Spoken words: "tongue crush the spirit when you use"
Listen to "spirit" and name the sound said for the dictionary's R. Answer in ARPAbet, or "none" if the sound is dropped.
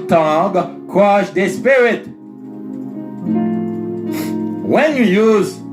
R